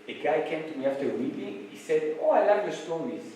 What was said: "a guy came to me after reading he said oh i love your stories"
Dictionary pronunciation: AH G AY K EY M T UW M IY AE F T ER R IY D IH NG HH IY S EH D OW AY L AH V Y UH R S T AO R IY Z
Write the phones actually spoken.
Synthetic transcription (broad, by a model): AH G AY K EY M T UW M IY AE F T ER W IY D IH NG HH IY S EH D OW AY L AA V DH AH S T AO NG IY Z